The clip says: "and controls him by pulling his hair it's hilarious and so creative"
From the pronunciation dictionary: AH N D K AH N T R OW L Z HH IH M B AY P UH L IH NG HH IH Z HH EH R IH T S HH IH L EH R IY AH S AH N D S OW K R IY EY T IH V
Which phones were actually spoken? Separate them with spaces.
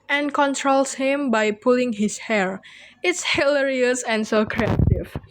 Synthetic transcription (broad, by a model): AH N K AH N T R OW L S HH IH M B AY P UH L IH NG HH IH S HH EH R IH T S HH IH L EH R IY AH S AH N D S OW K R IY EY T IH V